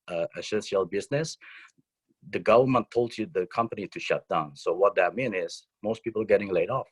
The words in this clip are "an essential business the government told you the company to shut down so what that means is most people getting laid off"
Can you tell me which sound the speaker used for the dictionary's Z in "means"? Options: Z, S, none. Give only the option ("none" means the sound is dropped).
none